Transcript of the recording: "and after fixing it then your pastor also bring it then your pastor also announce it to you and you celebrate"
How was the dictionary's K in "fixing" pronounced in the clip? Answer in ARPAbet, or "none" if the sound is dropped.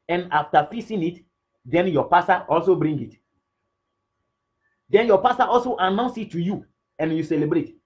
none